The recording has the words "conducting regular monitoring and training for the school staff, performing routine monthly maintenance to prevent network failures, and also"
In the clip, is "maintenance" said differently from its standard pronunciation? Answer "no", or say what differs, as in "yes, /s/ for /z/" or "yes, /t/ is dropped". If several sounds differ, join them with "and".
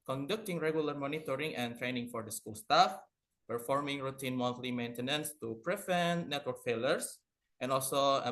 no